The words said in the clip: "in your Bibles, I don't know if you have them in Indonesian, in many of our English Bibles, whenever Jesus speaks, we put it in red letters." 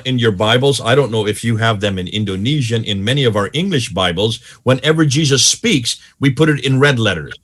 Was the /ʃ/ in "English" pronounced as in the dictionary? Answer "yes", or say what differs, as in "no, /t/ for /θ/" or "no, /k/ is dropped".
yes